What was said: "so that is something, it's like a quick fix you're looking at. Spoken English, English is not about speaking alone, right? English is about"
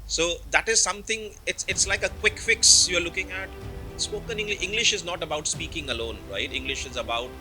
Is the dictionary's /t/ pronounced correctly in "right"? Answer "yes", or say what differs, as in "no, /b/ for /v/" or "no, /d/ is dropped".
yes